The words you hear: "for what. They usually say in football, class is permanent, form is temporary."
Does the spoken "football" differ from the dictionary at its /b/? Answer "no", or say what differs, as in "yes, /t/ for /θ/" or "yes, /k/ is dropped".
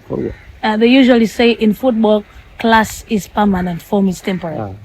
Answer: no